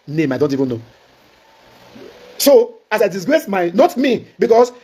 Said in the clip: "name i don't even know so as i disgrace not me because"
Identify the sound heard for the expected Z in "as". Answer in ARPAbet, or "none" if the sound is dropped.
S